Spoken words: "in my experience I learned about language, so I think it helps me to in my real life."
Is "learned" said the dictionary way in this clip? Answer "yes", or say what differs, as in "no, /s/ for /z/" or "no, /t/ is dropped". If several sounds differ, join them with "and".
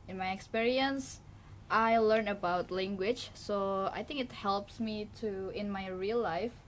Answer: no, /d/ is dropped